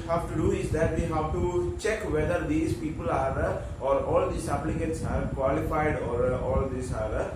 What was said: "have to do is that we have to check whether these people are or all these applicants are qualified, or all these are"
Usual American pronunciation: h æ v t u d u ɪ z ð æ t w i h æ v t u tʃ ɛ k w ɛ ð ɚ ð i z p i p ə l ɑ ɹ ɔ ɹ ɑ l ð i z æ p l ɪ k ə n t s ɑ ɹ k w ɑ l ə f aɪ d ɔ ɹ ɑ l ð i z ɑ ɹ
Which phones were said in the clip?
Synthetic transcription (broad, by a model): h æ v t u d u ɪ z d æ t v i h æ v t u tʃ ɛ k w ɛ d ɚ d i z p i p ə l ɑ ɹ ɔ ɹ ɑ l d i s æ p l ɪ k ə t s ɑ ɹ k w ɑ l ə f aɪ d ɔ ɹ ɑ l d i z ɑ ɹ